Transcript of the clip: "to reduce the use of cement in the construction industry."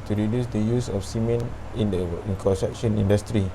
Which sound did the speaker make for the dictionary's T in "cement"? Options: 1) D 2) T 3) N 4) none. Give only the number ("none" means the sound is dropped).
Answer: 4